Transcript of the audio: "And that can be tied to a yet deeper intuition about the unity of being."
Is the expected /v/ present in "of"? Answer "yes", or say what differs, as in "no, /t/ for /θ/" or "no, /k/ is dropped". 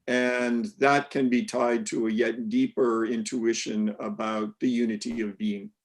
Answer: yes